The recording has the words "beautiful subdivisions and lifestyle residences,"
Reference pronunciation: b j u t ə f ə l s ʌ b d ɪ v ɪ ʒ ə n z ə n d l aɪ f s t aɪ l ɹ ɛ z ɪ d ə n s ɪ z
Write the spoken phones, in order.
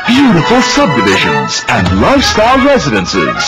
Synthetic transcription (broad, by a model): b j u t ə f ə l s ʌ b d ɪ v ɪ ʒ ə n z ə n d l aɪ f s t aɪ l ɹ ɛ z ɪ d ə n s ɪ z